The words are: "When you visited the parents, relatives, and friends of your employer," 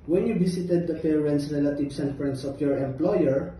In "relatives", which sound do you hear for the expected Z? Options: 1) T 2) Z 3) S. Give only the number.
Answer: 3